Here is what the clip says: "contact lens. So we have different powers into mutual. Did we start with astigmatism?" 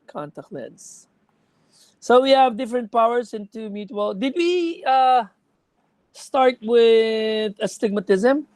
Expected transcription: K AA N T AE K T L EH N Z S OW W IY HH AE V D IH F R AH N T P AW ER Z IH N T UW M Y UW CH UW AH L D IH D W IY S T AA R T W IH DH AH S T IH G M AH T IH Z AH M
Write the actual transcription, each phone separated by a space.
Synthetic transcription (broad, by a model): K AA N T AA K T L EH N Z S OW W IY HH AE V D IH F R AH N T P AW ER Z IH N T UW M Y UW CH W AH L D IH D W IY S T AA R T W IH DH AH S T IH G M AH T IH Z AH M